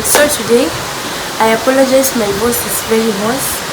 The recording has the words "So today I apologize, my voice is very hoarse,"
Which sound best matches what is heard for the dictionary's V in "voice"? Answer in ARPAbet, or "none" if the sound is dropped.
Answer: B